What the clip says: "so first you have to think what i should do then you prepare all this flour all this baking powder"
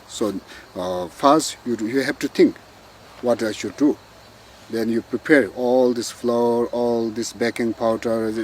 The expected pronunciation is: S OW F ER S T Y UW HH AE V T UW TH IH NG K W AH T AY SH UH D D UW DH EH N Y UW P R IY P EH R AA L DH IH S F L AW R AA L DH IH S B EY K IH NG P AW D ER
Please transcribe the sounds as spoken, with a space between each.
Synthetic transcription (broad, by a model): S OW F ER S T Y UW HH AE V T UW T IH NG K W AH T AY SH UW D D UW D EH N Y UW P R IY P EH R AA L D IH S F L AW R AA L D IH S B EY K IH NG P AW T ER